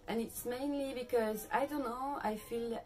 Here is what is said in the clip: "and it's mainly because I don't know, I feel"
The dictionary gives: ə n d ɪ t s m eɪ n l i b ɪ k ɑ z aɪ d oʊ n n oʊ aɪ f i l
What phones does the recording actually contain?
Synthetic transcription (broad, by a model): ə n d ɪ t s m eɪ n l i b ɪ k ɑ z aɪ d oʊ n n oʊ aɪ f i l